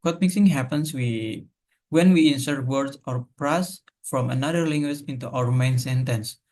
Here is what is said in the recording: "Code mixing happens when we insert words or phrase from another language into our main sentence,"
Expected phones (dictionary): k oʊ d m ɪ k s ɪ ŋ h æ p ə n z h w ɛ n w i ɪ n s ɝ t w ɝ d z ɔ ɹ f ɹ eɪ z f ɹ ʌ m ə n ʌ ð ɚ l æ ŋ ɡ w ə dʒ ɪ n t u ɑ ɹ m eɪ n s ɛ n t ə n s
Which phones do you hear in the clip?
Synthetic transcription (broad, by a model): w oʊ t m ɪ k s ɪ ŋ h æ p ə n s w w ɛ n w i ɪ n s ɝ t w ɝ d s ɔ ɹ p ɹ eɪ s f ɹ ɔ m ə n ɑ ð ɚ l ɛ ŋ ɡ w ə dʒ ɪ n t u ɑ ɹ m eɪ n s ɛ n t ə n s